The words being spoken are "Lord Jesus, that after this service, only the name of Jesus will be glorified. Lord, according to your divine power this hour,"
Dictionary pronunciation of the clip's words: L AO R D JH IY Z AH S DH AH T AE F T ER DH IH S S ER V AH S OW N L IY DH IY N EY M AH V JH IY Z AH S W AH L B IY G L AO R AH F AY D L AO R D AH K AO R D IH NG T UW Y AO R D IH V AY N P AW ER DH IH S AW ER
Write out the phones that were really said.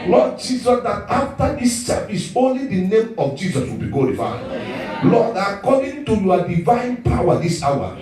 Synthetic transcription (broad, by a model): L AO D JH IY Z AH S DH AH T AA F T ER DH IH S S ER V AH S OW N L IY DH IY N EY M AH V JH IY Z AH S W AH L B IY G AO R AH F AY L AO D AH K AO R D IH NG T UW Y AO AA D IH V AY N P AW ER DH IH S AW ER